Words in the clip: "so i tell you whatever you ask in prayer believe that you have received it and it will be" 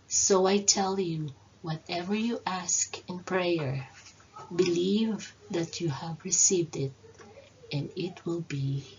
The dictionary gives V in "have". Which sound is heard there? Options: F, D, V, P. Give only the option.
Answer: V